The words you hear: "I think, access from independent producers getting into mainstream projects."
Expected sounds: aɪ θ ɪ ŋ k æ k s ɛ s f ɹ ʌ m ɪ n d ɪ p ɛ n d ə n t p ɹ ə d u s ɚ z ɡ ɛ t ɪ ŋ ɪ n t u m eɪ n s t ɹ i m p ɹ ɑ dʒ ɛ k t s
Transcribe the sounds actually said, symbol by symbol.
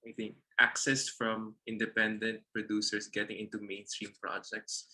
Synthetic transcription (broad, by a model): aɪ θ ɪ ŋ k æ k s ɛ s f ɹ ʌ m ɪ n d ɪ p ɛ n d ə n t p ɹ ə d u s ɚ s ɡ ɛ t ɪ ŋ ɪ n t u m eɪ n s t ɹ i m p ɹ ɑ dʒ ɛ k t s